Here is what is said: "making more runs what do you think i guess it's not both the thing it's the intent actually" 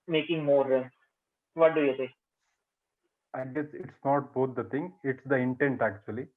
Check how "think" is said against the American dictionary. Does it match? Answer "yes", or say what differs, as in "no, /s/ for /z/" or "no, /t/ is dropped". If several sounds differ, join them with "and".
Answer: no, /s/ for /θ/